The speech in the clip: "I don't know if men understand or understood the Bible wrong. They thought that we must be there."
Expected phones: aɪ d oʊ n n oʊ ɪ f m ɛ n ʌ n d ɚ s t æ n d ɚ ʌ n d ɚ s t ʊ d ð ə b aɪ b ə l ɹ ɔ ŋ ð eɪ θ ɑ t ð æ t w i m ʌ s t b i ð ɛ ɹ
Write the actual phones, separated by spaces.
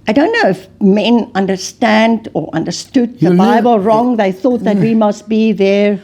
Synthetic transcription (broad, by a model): aɪ d oʊ n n oʊ ɪ f m ɛ n ʌ n d ɚ s t æ n d ɚ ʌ n d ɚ s t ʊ d ð ə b aɪ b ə l ɹ ɔ ŋ ð eɪ θ ɑ t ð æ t w i m ʌ s t b i ð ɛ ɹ